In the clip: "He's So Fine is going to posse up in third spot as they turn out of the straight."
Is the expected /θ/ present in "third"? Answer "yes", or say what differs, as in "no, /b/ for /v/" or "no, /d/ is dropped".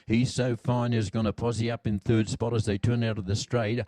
yes